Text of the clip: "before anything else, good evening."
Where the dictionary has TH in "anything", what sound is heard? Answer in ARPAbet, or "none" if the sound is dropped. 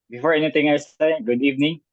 T